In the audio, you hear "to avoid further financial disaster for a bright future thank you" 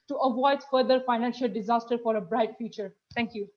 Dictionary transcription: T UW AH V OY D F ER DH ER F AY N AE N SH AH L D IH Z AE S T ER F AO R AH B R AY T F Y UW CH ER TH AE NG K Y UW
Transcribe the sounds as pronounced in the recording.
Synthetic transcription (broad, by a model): T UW AH V OY D F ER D ER F AY N AE N SH AH L D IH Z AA S T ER F AO R AH B R AY T F Y UW CH ER T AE NG K Y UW